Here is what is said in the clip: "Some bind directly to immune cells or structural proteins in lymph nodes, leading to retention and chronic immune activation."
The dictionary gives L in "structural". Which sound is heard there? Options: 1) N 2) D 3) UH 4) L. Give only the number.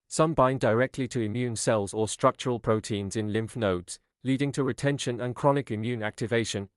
4